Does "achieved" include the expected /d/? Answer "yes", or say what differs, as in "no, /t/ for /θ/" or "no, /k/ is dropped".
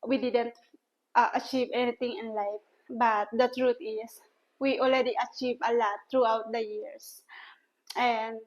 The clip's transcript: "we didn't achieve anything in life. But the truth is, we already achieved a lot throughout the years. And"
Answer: no, /d/ is dropped